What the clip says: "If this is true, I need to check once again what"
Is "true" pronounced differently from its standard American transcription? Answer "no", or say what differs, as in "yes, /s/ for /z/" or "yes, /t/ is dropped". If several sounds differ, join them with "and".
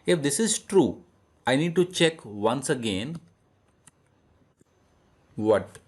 no